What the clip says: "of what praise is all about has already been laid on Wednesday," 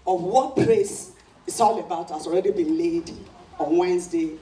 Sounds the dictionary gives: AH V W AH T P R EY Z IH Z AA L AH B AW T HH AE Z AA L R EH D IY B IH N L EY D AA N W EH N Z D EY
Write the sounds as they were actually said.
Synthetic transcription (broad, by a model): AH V W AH T P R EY S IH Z AA L AH B AW T HH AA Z AA L R EH D IY B IH N L EY D AA N W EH N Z D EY